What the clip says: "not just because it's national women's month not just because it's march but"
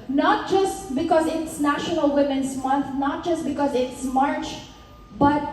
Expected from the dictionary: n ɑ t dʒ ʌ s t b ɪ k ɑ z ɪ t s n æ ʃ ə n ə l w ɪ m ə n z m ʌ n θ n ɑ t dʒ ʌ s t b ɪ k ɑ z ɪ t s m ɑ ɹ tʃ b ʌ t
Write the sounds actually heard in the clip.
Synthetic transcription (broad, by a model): n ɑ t dʒ ʌ s t b ɪ k ɑ z ɪ t s n æ ʃ ə n ə l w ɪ m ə n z m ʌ n t n ɑ t dʒ ʌ s t b ɪ k ɑ z ɪ t s m ɑ ɹ tʃ b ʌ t